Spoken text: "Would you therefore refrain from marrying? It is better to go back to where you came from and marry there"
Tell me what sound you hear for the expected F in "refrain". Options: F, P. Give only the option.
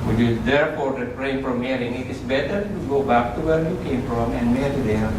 P